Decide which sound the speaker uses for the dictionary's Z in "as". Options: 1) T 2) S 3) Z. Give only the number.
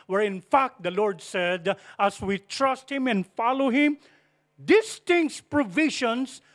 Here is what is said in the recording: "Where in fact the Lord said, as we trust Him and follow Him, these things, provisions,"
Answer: 2